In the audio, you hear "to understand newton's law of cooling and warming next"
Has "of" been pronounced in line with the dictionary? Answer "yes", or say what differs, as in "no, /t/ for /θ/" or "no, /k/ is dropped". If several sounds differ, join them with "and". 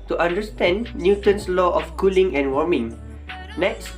no, /f/ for /v/